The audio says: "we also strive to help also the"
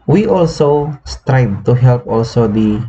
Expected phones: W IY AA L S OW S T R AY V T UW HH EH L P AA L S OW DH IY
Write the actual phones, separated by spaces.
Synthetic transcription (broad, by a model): W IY AA L S OW S T R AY B T UW HH EH L P AA L S OW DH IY